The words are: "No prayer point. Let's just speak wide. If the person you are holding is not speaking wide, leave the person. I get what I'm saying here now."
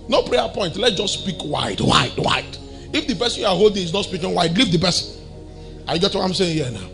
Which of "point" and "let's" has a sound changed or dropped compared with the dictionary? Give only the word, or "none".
let's